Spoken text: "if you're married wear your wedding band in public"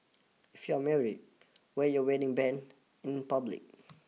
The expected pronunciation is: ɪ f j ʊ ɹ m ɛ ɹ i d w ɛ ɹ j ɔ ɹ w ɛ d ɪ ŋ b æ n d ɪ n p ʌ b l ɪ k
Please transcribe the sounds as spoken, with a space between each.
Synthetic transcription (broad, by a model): ɪ f j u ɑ m ɛ ɹ i d w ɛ j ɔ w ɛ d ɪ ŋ b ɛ n ɪ n p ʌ b l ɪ k